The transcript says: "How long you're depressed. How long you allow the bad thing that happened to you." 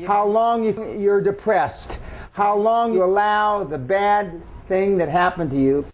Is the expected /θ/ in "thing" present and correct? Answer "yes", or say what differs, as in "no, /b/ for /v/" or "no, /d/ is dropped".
yes